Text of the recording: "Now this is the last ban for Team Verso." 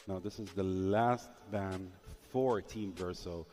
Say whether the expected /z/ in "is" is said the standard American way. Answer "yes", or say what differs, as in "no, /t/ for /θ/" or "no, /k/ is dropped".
yes